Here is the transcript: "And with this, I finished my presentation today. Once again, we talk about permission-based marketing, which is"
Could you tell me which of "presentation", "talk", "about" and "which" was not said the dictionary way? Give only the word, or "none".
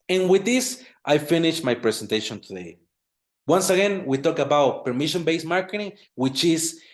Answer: presentation